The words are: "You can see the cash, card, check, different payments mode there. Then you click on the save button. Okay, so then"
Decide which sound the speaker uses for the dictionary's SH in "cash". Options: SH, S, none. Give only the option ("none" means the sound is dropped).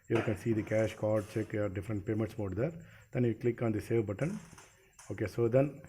SH